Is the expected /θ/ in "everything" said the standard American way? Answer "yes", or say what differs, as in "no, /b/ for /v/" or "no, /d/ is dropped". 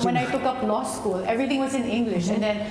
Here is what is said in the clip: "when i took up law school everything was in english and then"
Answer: no, /t/ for /θ/